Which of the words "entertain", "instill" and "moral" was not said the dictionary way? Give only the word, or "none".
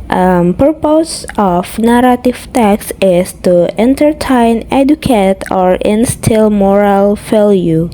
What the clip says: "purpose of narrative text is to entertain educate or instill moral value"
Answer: none